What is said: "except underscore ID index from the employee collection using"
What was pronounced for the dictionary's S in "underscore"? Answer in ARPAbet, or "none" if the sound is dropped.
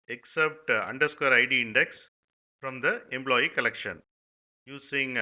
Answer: S